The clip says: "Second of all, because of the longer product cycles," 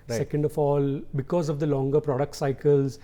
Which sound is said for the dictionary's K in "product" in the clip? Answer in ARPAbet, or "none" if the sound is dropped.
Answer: K